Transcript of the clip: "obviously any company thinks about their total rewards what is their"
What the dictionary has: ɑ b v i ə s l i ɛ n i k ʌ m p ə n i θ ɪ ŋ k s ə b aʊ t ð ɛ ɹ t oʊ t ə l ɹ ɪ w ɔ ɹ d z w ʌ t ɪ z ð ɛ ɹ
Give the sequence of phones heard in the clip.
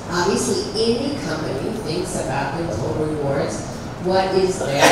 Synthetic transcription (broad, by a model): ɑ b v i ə s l i ɛ n i k ʌ m p ə n i θ ɪ ŋ k s ə b aʊ t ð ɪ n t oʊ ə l ɹ ɪ w ɔ ɹ d z w ʌ t ɪ z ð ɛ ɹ